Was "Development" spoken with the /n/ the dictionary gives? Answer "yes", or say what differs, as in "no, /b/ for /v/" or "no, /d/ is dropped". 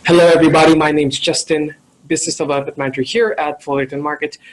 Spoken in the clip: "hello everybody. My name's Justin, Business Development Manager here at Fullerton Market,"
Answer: no, /n/ is dropped